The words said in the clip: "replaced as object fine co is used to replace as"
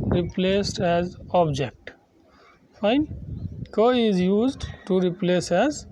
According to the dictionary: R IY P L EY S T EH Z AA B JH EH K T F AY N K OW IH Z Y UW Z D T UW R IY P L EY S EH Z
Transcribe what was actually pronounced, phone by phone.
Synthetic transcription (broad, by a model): R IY P L EY S T EH Z AA B JH EH K T F AY N K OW IH Z Y UW Z D T UW R IY P L EY S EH Z